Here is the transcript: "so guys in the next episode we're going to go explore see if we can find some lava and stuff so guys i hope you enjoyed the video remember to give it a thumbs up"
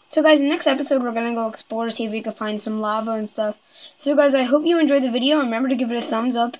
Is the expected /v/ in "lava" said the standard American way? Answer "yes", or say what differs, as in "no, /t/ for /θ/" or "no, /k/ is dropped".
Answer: yes